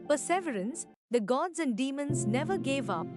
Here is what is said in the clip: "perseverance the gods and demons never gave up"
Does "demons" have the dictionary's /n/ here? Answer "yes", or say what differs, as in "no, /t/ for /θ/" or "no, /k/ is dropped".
yes